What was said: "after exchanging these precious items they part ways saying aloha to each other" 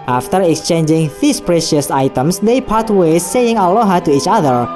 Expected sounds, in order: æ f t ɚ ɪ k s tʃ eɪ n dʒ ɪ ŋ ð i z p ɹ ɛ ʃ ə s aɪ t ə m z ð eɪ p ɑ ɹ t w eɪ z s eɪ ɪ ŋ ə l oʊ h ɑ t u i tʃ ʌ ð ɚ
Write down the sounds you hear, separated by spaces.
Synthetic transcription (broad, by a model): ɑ f t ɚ ɪ k s tʃ eɪ n dʒ ɪ ŋ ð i s p ɹ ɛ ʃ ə s aɪ t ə m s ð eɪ p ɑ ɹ t w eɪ s eɪ ɪ ŋ ə l oʊ h ɑ t u i tʃ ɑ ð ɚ